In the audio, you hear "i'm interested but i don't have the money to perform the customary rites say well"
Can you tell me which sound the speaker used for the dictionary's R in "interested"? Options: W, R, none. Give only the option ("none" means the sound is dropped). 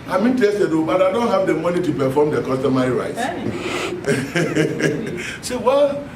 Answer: none